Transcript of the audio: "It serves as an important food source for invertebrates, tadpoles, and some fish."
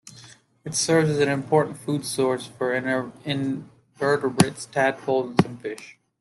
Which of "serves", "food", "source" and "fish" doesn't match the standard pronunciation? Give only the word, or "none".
none